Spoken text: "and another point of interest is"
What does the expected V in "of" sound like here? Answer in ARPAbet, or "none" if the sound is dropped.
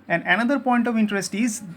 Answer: V